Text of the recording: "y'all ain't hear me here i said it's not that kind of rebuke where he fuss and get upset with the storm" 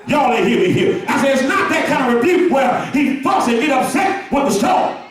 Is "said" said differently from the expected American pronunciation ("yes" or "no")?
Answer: yes